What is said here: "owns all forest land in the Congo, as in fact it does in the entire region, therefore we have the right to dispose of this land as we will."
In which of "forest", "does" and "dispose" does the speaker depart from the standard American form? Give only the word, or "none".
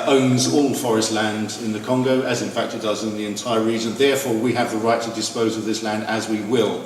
none